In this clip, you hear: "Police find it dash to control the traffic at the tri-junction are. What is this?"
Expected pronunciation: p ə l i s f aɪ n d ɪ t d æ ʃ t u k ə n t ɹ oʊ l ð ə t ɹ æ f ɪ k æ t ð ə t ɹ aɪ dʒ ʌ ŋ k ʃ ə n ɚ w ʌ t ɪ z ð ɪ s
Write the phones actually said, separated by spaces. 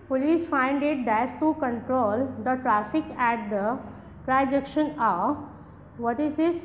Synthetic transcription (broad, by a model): p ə l i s f aɪ n d ɪ t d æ s t u k ə n t ɹ oʊ l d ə t ɹ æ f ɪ k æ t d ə t ɹ aɪ dʒ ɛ k ʃ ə n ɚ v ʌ t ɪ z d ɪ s